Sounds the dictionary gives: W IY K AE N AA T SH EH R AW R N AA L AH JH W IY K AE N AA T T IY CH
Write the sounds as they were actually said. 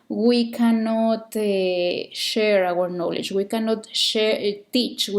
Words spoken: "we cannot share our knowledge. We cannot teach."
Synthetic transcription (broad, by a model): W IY K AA N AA T SH EH R AW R N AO L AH CH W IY K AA N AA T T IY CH